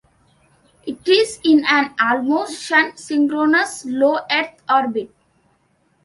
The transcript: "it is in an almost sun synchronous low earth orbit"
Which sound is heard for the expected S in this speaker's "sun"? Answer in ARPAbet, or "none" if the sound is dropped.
SH